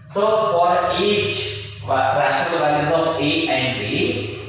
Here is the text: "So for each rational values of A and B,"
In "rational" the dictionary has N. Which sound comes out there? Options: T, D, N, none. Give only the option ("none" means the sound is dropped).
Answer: none